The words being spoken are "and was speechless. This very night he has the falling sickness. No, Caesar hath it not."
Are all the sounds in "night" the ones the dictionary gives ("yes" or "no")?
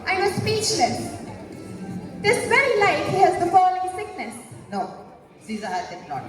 no